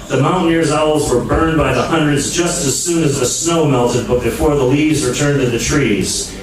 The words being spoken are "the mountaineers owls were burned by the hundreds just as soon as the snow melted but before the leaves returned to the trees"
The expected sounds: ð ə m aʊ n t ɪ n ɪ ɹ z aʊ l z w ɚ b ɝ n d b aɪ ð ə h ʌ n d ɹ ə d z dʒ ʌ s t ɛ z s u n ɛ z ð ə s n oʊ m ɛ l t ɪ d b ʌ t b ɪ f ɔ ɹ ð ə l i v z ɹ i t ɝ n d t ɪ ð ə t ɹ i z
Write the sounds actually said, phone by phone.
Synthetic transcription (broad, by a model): ð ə m aʊ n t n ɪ ɹ z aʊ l z w ɚ b ɝ n b aɪ ð ə h ʌ n d ɹ ə d z dʒ ʌ s t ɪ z s u n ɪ z ð ə s n oʊ m ɛ l t ɪ d b ʌ t b ɪ f ɔ ɹ ð ə l i v z w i t ɝ n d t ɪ ð ə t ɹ i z